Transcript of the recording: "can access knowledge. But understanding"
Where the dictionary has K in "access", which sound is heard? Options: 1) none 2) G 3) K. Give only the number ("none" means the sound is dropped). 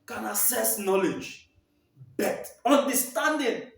1